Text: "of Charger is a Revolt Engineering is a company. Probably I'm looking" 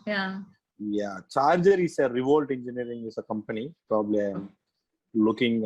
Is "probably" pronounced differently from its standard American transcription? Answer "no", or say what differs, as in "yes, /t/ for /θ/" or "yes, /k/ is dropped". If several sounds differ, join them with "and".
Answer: no